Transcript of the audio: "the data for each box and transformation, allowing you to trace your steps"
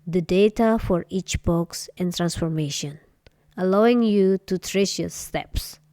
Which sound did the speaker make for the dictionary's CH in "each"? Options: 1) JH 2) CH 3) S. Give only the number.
2